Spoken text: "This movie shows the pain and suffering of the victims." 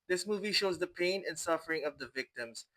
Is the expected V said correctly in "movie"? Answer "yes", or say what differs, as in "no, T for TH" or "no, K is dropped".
yes